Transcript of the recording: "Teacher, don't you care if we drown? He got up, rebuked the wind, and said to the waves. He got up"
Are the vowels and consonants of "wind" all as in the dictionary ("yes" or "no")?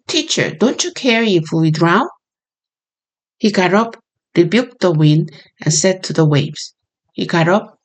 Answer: yes